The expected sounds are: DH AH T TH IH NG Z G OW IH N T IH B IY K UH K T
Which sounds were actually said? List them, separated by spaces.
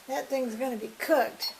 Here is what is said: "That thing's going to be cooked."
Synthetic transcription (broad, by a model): DH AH T TH IH NG Z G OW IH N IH B IY K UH K T